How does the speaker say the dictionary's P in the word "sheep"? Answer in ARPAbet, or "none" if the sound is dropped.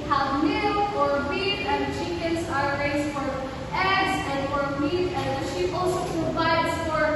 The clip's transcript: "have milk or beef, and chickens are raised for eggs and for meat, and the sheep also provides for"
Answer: none